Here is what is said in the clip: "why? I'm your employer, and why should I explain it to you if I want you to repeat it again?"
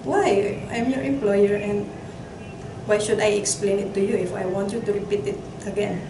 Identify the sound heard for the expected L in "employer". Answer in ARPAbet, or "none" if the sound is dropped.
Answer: L